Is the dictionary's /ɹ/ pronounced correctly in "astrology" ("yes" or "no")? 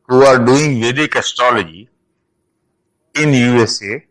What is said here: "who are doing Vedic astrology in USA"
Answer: no